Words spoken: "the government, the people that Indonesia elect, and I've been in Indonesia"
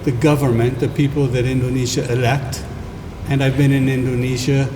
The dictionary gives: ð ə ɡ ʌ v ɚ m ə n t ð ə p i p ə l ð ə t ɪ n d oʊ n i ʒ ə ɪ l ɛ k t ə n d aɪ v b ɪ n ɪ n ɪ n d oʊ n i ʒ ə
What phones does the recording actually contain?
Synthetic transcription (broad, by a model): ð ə ɡ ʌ v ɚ m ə n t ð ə p i p ə l ð ə t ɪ n d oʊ n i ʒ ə ɪ l ɛ k t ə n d aɪ v b ɪ n ɪ n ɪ n d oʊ n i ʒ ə